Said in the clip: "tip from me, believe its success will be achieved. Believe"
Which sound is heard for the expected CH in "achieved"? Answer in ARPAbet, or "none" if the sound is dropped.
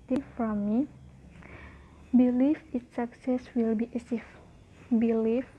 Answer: S